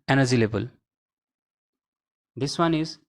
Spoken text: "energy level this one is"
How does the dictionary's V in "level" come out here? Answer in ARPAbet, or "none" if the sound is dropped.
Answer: B